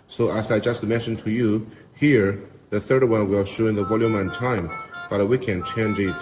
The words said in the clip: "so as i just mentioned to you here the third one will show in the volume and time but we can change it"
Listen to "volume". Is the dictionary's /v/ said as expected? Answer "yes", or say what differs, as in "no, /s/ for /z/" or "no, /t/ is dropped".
yes